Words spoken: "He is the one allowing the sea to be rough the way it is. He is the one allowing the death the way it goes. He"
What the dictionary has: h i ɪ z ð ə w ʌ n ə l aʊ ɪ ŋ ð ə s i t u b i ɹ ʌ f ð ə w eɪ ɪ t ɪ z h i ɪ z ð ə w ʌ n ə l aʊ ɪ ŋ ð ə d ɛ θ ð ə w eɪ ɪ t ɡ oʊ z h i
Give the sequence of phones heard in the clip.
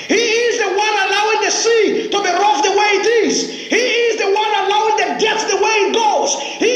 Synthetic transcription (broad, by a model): h i ɪ z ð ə w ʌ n ə l aʊ ɪ ŋ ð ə s i t u b i ɹ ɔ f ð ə w eɪ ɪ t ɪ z h i ɪ z ð ə w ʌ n ə l aʊ ɪ ŋ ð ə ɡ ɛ s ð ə w eɪ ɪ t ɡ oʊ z h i